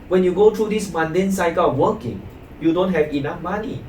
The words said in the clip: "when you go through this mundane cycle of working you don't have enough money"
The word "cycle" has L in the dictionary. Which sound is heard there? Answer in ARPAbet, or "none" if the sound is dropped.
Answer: W